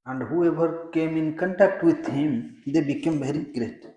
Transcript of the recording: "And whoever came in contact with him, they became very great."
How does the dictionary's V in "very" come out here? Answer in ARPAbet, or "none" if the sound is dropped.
B